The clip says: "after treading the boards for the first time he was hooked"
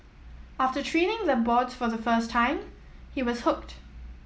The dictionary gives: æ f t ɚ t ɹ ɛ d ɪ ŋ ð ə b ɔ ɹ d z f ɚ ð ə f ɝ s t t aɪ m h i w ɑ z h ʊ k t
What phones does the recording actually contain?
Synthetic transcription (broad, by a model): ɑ f t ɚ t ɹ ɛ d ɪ ŋ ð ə b ɔ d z f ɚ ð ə f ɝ s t t aɪ m h i w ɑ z h ʊ k t